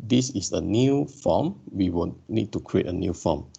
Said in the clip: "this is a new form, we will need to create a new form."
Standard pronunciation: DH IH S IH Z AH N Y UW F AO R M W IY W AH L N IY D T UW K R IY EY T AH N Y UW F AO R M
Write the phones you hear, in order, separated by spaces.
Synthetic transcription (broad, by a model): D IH S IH S AH N Y UW F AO M W IY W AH N N IY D T UW K R IY EY T AH N Y UW F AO M